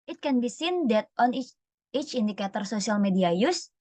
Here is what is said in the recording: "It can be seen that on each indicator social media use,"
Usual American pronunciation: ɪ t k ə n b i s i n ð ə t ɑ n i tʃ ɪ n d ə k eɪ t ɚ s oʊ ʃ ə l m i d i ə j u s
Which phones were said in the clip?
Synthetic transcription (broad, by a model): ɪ t k ə n b i s i n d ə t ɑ n i tʃ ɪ n d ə k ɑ t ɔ s oʊ s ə l m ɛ d i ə j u s